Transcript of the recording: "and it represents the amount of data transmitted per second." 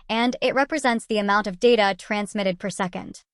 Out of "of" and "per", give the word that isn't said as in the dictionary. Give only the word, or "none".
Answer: none